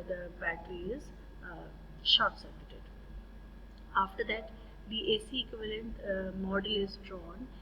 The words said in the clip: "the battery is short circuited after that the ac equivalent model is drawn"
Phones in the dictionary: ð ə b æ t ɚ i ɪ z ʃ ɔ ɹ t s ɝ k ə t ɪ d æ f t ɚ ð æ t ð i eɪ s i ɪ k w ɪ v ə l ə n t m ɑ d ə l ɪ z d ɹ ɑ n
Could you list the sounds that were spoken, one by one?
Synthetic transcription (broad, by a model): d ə b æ t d i ɪ z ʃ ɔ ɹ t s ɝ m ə t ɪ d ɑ f t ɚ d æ t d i eɪ s i ɪ k w ɪ v ə l ə n t m ɑ d ə l ɪ z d ɹ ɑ n